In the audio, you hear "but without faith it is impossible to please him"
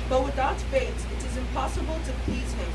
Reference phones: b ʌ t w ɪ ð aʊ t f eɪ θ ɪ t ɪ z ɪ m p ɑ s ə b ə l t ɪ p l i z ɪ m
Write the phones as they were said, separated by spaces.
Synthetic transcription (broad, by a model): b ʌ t w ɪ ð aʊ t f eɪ s ɪ t ɪ z ɪ m p ɑ s ə b ə l t ɪ p l i z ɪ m